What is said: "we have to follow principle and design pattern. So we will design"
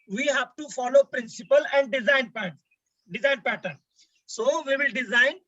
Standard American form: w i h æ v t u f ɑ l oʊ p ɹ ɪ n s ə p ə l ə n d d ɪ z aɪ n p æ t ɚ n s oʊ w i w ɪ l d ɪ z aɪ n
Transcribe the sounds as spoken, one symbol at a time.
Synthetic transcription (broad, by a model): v i h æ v t u f ɑ l oʊ p ɹ ɪ n s ə p ə l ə n d d ɪ z aɪ n p æ t ɚ n s oʊ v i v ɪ l d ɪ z aɪ n